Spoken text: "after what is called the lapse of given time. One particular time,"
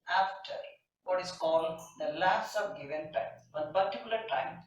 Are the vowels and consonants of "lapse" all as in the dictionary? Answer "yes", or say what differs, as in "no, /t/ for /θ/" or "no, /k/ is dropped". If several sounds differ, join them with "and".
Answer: no, /p/ is dropped